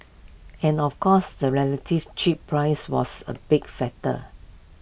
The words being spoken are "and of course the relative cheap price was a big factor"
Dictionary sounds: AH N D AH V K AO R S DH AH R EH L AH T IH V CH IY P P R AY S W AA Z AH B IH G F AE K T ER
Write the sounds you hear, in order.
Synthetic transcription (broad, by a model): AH N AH F K AO S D AH R EH L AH T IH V CH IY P P R AY S W AA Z AH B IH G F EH T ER